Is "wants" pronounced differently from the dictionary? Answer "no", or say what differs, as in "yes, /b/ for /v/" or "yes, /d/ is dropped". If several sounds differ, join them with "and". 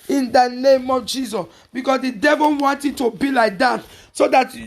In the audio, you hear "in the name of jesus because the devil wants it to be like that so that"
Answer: yes, /s/ is dropped